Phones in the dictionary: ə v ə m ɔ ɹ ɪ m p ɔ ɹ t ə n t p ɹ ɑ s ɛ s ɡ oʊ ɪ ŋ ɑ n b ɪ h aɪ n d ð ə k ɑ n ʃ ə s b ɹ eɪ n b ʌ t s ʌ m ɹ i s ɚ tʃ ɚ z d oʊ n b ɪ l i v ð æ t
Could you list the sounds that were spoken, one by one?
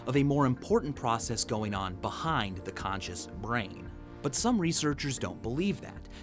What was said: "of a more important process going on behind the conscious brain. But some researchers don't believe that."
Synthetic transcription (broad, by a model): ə v ə m ɔ ɹ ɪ m p ɔ ɹ t n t p ɹ ɑ s ɛ s ɡ oʊ ɪ ŋ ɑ n b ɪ h aɪ n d ð ə k ɑ n ʃ ə s b ɹ eɪ n b ʌ t s ʌ m ɹ i s ɚ tʃ ɚ z d oʊ n b ɪ l i v ð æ t